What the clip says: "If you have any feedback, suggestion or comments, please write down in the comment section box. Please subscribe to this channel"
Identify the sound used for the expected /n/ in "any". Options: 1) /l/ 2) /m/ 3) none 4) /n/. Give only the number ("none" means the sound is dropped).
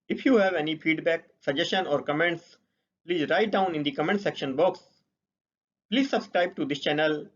4